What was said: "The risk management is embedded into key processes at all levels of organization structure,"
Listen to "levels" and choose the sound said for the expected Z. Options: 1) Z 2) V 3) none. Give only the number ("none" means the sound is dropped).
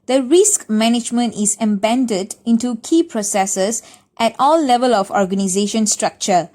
3